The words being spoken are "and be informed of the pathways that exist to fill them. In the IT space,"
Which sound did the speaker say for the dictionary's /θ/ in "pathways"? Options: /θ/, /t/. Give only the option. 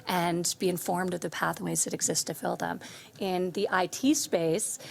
/θ/